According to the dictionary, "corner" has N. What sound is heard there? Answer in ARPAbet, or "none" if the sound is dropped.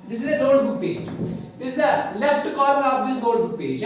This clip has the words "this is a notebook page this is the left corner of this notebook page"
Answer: none